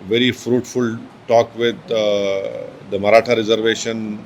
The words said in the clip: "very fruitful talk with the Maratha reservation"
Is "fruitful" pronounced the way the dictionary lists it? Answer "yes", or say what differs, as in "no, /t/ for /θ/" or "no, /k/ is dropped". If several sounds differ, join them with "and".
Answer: yes